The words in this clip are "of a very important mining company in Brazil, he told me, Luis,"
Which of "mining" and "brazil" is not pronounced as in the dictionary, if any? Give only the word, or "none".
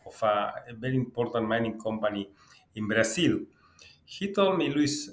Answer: brazil